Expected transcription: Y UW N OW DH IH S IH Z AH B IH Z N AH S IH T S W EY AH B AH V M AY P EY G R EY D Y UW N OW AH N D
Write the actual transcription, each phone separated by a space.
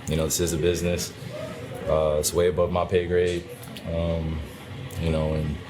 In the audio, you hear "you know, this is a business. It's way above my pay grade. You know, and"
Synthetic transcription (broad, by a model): Y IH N OW DH IH S IH Z AH B IH Z N AH S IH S W EY AH B AH V M AY P EY G R EY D Y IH N OW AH N